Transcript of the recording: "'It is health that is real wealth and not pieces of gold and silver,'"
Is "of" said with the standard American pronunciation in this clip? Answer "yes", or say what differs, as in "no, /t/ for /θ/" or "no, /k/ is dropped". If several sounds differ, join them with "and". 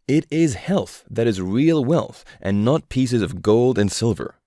yes